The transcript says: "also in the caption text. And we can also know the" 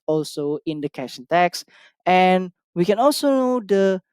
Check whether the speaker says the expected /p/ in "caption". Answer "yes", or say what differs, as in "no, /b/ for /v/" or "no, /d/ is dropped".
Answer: no, /p/ is dropped